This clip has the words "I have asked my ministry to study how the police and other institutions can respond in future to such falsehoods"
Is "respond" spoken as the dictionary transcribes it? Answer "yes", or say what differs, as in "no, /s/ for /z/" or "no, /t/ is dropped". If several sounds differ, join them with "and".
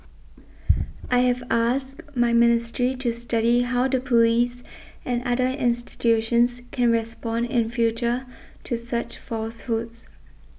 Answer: yes